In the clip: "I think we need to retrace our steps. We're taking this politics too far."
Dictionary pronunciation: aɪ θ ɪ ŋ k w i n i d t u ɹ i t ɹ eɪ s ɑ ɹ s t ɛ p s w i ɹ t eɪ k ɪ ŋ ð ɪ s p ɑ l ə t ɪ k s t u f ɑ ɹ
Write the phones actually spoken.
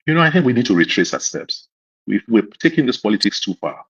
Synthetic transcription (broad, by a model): aɪ θ ɪ ŋ k w i n i d t u ɹ i t ɹ eɪ s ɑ s t ɛ p s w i w t eɪ k ɪ ŋ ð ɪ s p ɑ l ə t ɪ k s t u f ɑ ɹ